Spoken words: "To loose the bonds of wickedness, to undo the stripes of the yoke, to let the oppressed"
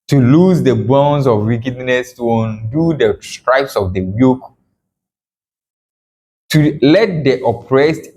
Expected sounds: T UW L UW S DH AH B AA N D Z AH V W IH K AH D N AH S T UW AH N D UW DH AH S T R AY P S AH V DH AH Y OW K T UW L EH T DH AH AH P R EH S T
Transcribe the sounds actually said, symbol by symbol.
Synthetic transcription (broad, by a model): T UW L UW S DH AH B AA N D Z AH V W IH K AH D N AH S T UW AH N D UW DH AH S T R AY P S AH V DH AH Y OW K T UW L EH T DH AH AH P R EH S T